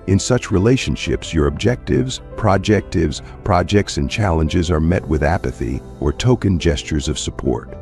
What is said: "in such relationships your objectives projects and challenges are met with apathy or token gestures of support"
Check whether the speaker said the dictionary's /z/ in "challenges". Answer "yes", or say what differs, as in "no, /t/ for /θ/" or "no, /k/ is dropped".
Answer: yes